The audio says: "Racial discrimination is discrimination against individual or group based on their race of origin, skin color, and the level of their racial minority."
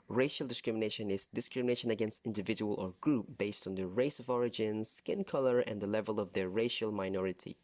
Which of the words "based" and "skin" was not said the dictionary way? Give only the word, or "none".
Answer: none